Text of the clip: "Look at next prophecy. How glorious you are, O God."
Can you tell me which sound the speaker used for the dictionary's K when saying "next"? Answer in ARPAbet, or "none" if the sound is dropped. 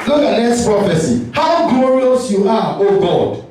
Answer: none